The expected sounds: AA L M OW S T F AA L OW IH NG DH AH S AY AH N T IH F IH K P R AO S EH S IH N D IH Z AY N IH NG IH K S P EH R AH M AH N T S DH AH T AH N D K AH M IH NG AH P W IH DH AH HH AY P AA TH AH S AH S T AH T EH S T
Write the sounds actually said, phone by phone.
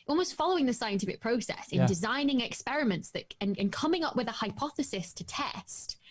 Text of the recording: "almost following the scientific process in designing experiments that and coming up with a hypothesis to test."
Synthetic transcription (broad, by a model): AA L M OW S T F AA L OW IH NG DH AH S AY AH N T IH F IH K P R AO S EH S IH N D IH Z AY N IH NG IH K S P EH R AH M AH N T S DH AH T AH N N K AH M IH NG AH P W IH DH AH HH AY P AA TH AH S AH S T AH T EH S T